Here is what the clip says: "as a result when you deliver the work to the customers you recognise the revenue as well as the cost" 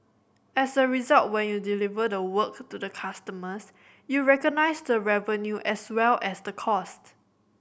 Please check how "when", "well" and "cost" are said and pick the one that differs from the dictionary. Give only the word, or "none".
none